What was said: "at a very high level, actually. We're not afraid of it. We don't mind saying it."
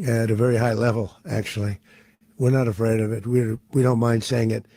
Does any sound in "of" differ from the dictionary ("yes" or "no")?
no